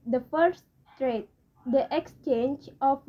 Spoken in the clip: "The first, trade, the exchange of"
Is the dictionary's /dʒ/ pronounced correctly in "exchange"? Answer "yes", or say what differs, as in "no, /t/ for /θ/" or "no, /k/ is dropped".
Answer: yes